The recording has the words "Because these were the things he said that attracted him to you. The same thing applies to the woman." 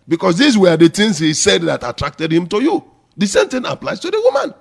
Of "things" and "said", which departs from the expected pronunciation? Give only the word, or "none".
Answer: things